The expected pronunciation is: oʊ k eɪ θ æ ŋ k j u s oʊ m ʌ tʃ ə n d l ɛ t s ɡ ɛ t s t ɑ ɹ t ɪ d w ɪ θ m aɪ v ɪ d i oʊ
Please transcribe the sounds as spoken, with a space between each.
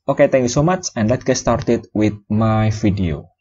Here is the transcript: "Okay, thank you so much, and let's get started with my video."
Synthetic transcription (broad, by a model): oʊ k eɪ t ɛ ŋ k j u s oʊ m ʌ tʃ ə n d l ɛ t ɡ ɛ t s t ɑ ɹ t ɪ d w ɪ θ m aɪ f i d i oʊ